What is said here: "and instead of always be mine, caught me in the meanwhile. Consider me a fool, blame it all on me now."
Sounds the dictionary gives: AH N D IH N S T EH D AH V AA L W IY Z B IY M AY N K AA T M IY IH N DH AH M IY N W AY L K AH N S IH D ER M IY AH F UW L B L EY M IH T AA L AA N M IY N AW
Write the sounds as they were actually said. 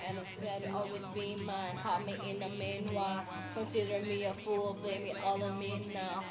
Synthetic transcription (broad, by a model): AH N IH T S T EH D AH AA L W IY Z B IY M AY N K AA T M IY IH N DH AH M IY N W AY K AH N S IH D ER M IY AH F UW L B L EY M IH T AA L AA M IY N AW